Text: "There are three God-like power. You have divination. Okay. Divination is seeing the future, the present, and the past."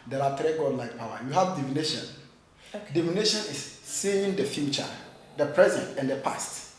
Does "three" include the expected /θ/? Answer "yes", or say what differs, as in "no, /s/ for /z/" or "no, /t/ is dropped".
no, /t/ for /θ/